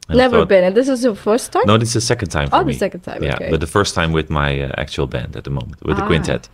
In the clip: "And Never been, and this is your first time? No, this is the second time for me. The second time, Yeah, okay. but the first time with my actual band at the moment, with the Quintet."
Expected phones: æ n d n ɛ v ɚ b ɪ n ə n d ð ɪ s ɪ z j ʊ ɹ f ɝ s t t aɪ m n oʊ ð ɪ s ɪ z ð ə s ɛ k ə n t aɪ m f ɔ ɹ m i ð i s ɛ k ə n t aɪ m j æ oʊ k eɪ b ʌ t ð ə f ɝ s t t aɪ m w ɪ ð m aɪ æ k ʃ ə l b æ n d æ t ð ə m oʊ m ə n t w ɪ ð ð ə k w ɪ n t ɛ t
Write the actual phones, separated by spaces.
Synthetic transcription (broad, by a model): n n ɛ v ɚ b ɪ n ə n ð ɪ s ɪ z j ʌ f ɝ s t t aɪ n oʊ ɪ ɪ s ð ə s ɛ k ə n t aɪ m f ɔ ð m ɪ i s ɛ k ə n t aɪ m j æ b ʌ t ð ə f ɝ s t t aɪ m w ɪ ð m aɪ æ k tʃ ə l b æ n d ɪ t ð ə m oʊ m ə n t w ɪ ð ð ə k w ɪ n t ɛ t